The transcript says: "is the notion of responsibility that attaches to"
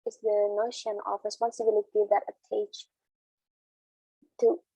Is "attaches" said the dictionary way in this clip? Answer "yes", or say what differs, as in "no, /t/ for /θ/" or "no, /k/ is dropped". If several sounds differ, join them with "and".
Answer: no, /tʃ/ is dropped